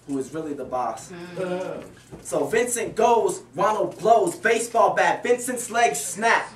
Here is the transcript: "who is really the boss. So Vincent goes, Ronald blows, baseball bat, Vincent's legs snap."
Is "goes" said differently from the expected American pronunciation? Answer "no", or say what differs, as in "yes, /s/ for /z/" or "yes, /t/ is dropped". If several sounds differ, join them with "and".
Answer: no